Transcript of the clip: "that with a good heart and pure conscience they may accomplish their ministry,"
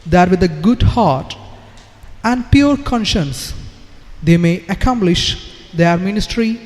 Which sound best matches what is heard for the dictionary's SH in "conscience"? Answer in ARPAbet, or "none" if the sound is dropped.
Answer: SH